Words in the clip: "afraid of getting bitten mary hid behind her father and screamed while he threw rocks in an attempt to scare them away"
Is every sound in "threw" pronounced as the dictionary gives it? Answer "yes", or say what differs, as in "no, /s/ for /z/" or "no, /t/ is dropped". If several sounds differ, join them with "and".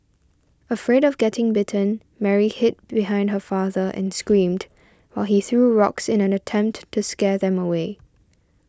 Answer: yes